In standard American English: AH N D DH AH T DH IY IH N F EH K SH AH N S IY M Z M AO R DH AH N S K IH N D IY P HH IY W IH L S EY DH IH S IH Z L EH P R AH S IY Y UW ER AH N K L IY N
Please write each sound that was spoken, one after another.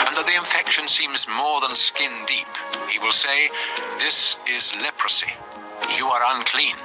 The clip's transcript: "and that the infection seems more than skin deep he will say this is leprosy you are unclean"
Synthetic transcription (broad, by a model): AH N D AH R DH IY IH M F EH K SH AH N S IY M Z M AO R DH AH N S K IH N D IY P HH IY W IH L S EY DH IH S IH Z L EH P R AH S IY Y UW ER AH N K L IY N